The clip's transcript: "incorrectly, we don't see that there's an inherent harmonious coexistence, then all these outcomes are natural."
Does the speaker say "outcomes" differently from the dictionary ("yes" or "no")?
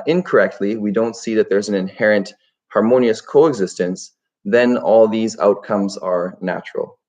no